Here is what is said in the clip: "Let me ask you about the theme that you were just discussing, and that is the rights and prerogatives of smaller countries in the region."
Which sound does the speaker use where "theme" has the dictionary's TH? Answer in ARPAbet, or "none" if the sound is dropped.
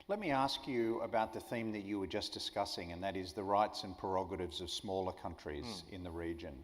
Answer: TH